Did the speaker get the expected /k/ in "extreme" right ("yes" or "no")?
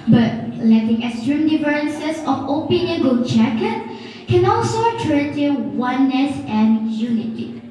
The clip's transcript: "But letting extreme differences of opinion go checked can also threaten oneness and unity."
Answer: no